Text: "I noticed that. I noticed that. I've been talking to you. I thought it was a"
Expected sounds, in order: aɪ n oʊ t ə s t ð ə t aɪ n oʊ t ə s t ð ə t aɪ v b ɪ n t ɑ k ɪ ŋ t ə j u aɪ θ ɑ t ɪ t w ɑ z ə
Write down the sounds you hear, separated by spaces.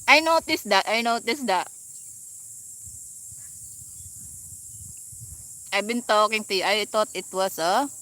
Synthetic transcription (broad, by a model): aɪ n oʊ t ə s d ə t aɪ n oʊ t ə s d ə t aɪ b ɪ n t ɑ k ɪ ŋ t ə j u aɪ t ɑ t ɪ t w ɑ s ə